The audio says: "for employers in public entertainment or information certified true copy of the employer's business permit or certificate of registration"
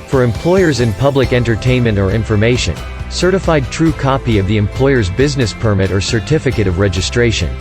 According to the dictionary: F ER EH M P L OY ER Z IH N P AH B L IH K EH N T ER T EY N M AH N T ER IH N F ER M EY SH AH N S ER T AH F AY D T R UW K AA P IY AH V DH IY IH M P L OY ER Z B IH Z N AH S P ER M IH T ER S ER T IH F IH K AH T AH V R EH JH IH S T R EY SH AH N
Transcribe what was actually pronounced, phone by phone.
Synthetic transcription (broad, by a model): F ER EH M P L OY ER Z IH N P AH B L IH K EH N T ER T EY N M AH N T ER IH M F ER M EY SH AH N S ER T AH F AY D T R UW K AA P IY AH V DH IY IH M P L OY ER Z B IH Z N AH S P ER M IH T ER S ER T IH F IH K AH T AH V R EH JH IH S T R EY SH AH N